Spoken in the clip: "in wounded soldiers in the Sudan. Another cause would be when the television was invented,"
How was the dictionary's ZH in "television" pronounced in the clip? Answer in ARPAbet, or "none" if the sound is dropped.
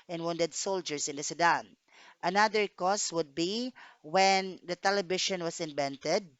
SH